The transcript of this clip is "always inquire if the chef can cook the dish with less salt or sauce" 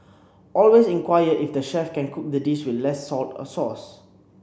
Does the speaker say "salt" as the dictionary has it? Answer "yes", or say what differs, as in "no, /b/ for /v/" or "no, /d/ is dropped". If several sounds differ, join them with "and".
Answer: yes